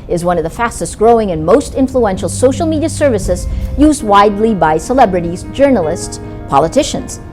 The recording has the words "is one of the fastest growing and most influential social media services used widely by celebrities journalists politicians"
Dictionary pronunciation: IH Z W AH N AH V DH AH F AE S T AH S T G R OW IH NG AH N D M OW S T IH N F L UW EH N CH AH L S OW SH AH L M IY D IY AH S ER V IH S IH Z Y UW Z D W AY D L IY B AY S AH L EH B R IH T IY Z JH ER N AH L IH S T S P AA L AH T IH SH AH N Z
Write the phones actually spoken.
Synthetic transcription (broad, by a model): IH Z W AH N AH V DH AH F AE S T AH S T G R OW IH NG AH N M OW S T IH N F L UW EH N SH L S OW SH L M IY D IY AH S ER V IH S IH Z Y UW Z D W AY D L IY B AY S AH L EH B R IH T IY Z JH ER N L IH S T S P AA L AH T IH SH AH N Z